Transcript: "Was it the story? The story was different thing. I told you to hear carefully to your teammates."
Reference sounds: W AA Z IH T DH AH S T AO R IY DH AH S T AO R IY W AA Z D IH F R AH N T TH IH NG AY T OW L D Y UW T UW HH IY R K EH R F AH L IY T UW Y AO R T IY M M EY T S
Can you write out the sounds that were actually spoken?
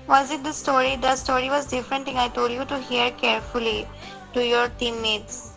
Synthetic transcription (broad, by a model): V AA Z IH T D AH S T AO R IY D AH S T AO R IY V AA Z D IH F R AH N T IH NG AY T OW L D Y UW T UW HH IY R K EH R F AH L IY T UW Y AO R T IY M M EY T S